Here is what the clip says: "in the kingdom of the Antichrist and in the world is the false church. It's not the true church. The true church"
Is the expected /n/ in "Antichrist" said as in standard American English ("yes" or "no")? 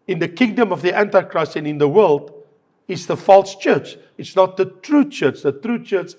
yes